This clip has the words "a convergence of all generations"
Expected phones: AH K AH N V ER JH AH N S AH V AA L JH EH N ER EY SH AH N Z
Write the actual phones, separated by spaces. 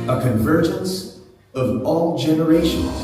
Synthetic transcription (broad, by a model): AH K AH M V ER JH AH N S AH V AA L JH EH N ER EY SH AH N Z